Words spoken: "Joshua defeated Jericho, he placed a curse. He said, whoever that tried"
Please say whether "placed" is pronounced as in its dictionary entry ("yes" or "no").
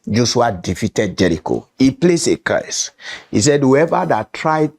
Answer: no